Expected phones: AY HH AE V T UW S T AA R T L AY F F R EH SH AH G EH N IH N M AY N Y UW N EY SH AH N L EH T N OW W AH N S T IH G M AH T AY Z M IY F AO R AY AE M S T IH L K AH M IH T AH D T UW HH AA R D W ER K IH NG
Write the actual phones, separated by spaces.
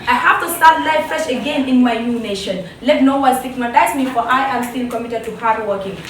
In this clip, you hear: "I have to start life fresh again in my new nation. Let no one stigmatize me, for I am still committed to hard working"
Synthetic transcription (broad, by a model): AY HH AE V T UW S T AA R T L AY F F EH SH AH G EH N IH N M AY N Y UW N EY SH AH N L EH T N OW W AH L S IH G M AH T AY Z M IY F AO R AY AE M S T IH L K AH M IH T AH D T UW HH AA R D W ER K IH NG